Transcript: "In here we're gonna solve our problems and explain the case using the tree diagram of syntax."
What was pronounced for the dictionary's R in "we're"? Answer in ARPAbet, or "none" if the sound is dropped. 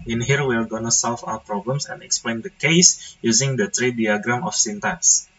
L